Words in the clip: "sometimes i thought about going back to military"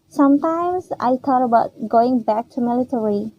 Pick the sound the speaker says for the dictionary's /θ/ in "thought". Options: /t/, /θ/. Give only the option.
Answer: /t/